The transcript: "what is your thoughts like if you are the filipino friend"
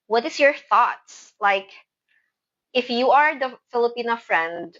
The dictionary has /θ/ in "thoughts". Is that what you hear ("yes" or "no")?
yes